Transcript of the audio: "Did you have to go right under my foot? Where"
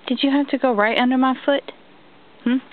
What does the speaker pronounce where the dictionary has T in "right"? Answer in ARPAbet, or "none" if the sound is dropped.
T